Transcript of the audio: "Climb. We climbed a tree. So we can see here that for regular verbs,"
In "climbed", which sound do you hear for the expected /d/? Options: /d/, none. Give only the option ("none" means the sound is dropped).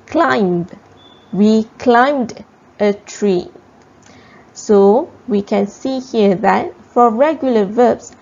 /d/